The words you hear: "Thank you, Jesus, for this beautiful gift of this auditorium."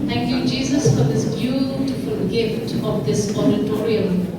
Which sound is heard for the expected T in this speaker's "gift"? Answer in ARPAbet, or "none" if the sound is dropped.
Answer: T